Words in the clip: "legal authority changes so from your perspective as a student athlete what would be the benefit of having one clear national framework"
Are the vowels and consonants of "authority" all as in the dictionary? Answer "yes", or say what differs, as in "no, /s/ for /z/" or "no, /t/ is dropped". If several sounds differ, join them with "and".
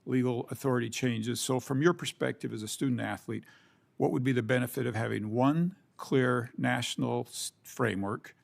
yes